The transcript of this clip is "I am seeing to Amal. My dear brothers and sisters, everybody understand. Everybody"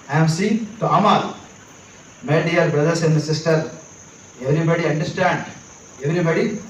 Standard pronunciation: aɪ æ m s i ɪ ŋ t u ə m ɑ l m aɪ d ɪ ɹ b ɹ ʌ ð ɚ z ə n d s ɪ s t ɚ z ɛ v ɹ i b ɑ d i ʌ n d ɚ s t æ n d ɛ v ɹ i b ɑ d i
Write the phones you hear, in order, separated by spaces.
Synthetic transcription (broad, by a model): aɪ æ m s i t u ə m ɑ l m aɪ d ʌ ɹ b ɹ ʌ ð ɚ s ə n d s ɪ s t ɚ ɛ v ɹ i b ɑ d i ʌ n d ɚ s t æ n d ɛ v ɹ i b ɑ d i